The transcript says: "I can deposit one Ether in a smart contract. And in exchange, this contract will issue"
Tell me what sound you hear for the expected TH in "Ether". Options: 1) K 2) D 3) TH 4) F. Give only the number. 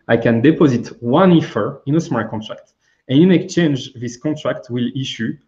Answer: 4